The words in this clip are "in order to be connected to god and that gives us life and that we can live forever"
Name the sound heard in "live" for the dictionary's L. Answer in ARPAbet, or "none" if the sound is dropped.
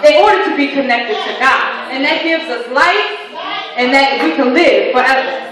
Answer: L